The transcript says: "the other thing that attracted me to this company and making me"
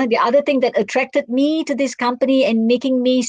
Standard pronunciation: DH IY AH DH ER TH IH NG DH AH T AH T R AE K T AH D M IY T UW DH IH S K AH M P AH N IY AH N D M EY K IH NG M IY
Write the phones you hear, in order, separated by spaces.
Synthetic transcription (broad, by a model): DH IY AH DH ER T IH NG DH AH T AH T R AE K T AH D M IY T UW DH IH S K AH M P AH N IY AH N M EY K IH NG M IY